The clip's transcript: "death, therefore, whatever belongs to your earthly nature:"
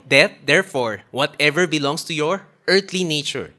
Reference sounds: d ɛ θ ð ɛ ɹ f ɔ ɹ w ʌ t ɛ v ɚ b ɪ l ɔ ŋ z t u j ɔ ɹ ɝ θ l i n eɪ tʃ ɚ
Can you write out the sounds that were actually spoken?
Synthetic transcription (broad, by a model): d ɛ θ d ɛ ɹ f ɔ ɹ w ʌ t ɛ v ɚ b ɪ l ɔ ŋ s t u j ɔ ɹ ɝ t l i n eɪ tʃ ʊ